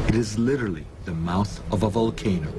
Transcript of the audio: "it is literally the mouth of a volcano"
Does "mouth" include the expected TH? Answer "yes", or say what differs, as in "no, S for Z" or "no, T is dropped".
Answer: yes